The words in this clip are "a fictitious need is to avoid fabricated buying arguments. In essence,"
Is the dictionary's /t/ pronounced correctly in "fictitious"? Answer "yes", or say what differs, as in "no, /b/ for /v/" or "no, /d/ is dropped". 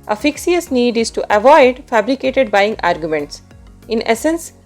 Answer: no, /s/ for /t/